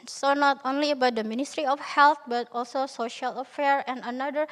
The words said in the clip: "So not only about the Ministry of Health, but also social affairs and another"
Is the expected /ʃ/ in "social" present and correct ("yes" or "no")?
yes